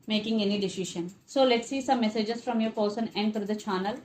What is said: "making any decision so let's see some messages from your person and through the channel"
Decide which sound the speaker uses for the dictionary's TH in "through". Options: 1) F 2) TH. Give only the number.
1